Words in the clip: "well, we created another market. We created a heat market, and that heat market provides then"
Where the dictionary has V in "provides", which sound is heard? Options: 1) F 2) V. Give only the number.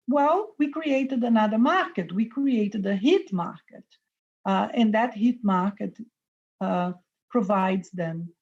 2